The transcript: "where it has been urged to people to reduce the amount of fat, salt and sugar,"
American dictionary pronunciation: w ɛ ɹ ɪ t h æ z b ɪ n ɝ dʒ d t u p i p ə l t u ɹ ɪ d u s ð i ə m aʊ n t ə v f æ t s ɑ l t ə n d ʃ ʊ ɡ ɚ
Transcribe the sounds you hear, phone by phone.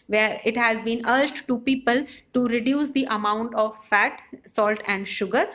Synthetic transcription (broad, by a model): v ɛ ɹ ɪ t h æ z b ɪ n ɝ dʒ d t u p i p ə l t u ɹ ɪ d u s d i ə m aʊ n t ə v f æ t s ɑ l t ə n d ʃ ʊ ɡ ɚ